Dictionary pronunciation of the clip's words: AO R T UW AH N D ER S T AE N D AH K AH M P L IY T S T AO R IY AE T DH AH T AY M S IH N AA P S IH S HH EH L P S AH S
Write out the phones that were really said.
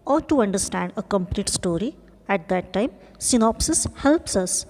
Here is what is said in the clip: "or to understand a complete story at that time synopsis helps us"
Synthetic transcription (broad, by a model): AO R T UW AH N D ER S T AE N D AH K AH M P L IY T S T AO R IY AE T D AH T AY M S IH N AA P S IH S HH EH L P S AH S